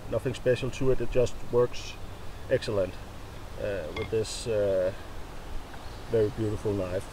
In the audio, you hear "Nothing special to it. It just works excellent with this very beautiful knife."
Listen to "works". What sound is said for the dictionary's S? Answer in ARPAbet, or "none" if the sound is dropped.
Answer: S